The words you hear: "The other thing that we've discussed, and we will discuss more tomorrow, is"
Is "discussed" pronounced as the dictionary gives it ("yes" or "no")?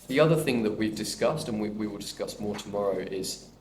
yes